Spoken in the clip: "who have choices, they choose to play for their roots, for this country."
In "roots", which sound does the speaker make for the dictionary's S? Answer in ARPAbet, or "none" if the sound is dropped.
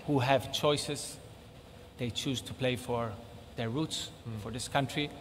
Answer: S